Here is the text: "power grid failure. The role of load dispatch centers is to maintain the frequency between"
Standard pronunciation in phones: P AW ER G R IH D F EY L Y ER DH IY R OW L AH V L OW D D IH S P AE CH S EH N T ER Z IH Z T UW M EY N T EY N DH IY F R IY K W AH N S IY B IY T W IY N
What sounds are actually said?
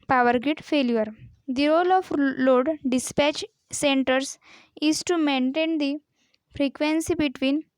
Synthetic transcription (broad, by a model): P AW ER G IH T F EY L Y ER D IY R OW L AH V L OW D D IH S P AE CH S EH N T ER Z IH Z T UW M EY N T EY N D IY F R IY K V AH N S IY B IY T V IY N